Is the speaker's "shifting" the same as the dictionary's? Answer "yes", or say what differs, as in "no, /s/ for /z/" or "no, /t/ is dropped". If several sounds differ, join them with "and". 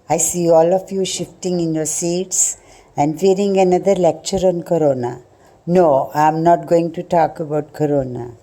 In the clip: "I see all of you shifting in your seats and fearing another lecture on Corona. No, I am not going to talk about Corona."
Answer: yes